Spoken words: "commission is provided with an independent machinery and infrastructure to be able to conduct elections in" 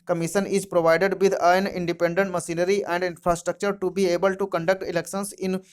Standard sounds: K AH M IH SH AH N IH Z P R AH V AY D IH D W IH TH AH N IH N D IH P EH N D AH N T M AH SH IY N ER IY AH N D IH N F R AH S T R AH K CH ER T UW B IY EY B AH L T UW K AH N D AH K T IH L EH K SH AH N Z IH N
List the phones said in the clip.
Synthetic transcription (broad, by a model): K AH M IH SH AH N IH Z P R AH V AY D IH D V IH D AH N IH N D IH P EH N D AH N T M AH S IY N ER IY AH N D IH N F R AH S T R AH K CH ER T UW B IY EY B AH L T UW K AH N D AH K T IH L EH K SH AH N S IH N